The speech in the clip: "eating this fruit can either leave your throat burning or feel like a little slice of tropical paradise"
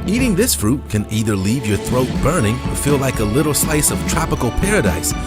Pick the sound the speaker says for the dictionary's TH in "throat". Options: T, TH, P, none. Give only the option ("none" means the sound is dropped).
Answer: TH